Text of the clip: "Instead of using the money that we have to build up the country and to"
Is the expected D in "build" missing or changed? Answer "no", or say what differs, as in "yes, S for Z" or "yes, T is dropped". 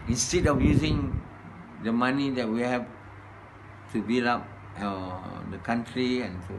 yes, D is dropped